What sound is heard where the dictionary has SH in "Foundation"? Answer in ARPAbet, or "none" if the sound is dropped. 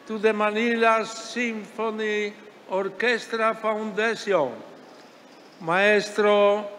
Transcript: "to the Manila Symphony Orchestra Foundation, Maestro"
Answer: S